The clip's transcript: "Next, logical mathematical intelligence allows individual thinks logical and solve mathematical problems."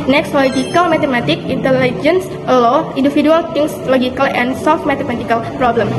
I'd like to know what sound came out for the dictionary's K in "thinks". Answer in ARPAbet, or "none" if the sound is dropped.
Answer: none